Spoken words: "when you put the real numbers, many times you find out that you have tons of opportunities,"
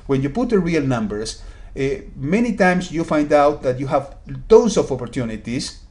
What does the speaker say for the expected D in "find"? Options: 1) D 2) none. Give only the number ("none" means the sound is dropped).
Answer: 1